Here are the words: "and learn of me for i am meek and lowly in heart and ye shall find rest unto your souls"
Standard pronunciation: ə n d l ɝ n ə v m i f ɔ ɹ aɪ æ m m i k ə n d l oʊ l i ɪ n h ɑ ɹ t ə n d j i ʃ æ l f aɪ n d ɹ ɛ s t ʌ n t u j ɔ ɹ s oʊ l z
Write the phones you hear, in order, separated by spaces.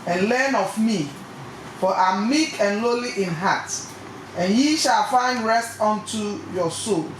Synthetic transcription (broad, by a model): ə n l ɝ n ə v m i f ɔ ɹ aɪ m m i k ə n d l oʊ l i ɪ n h ɑ t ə n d j i ʃ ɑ l f aɪ n d ɹ ɛ s t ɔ n t u j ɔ s oʊ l